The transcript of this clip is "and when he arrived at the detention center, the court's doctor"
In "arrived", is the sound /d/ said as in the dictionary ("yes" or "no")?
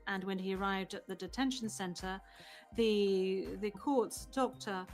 yes